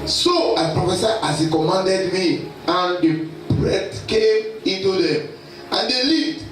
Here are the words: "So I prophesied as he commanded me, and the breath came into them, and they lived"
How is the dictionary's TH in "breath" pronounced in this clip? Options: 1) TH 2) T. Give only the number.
2